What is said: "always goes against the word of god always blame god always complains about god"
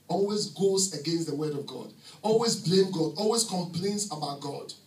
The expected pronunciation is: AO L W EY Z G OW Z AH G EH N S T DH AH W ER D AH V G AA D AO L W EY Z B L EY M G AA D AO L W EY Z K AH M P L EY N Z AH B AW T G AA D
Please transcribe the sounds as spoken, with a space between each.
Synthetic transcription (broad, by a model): AO L W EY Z G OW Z AH G EH N S T DH AH W ER D AH V G AA D AO L W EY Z B L EY M G AA D AO L W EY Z K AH M P L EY N S AH B AW T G AA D